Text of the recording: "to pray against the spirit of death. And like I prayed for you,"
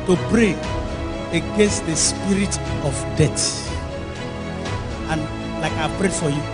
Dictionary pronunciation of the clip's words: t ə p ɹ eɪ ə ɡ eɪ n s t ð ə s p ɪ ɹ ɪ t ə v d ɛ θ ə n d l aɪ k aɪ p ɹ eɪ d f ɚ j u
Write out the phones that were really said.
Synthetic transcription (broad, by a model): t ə b ɹ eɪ ə ɡ eɪ n s t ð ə s p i ɹ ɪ t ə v d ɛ t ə n l aɪ k aɪ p ɹ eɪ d f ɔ j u